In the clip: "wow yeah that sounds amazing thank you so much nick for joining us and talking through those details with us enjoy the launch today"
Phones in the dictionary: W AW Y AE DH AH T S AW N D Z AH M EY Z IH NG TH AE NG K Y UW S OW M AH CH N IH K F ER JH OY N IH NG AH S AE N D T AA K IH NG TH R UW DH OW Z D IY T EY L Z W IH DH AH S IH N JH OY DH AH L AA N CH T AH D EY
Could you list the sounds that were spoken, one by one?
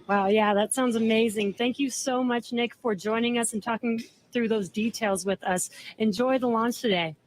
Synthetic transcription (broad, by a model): W AW Y AE DH AH T S AW N D Z AH M EY Z IH NG TH AE NG K Y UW S OW M AH CH N IH K F ER JH OY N IH NG AH S N T AA K IH NG TH R UW DH OW Z D IY T EY L Z W IH DH AH S IH N JH OY DH AH L AA N CH T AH D EY